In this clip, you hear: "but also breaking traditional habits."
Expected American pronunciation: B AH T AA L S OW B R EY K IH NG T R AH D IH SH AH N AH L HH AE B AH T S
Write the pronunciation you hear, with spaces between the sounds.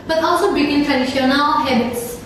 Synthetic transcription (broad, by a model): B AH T AA L S OW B EY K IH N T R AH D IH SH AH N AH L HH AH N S